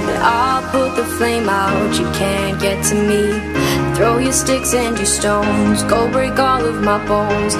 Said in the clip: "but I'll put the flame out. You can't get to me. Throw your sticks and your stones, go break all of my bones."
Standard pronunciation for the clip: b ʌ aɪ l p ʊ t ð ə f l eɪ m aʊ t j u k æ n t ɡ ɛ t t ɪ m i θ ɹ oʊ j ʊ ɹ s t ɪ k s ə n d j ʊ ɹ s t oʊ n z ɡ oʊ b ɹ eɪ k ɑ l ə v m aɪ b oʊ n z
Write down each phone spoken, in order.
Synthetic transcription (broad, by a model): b aɪ l p ʊ t ð ə f l eɪ m aʊ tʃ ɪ k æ n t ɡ ɛ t t ɪ m i θ ɹ oʊ j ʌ ɹ s t ɪ k s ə n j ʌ ɹ s t oʊ n z ɡ oʊ b ɹ eɪ k ɑ l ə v m aɪ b oʊ n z